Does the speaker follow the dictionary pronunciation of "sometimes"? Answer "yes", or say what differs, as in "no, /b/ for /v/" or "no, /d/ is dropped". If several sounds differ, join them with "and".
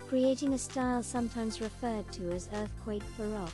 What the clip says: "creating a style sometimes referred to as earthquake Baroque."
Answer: yes